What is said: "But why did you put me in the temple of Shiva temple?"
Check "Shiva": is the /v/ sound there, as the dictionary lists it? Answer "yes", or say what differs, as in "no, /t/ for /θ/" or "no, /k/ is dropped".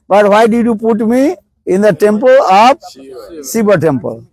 no, /b/ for /v/